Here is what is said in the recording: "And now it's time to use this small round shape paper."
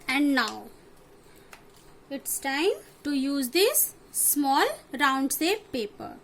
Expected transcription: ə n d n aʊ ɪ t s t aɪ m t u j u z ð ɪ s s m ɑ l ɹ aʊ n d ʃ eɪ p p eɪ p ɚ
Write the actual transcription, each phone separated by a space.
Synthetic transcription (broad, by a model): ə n d n aʊ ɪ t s t aɪ m t u j u z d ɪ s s m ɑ l ɹ aʊ n d s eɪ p p eɪ p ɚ